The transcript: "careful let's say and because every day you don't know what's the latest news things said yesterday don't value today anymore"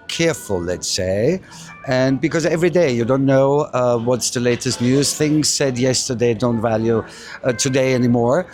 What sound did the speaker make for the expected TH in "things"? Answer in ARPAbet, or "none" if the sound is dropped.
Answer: TH